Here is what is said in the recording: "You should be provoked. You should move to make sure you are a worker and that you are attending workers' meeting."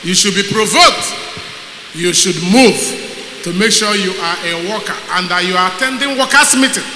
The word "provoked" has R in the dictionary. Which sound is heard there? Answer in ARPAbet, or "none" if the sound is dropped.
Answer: R